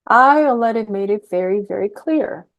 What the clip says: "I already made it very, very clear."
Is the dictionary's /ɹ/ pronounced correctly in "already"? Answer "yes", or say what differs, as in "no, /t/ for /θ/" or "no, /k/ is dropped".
no, /ɹ/ is dropped